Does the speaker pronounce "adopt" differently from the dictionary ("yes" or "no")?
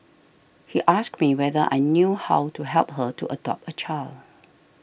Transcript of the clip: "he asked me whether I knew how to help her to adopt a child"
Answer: yes